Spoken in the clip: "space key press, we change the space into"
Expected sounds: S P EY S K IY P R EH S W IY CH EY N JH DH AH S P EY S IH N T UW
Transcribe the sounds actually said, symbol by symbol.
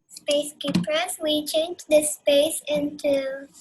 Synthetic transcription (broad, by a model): S P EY S K IY P AH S W IY CH EY N JH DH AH S P EY S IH N T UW